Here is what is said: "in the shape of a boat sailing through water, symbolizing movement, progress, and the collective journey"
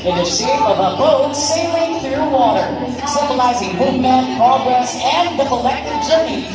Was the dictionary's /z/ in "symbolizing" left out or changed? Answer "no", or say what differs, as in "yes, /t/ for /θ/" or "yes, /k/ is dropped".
no